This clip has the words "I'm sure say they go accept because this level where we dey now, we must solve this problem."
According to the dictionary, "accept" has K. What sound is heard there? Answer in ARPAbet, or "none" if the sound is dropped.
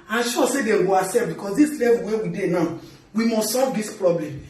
none